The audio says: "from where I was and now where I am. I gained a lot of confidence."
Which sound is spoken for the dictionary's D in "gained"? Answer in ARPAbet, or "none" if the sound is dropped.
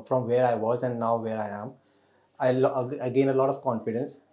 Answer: none